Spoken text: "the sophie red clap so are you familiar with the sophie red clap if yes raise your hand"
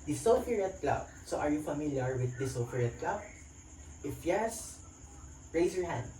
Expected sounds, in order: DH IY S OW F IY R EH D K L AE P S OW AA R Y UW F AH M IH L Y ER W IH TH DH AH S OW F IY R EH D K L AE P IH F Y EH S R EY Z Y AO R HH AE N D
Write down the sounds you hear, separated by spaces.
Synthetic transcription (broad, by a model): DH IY S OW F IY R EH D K L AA B S OW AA R Y UW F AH M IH L Y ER W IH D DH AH S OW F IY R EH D K L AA B IH F Y EH S R EY S Y AO R HH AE N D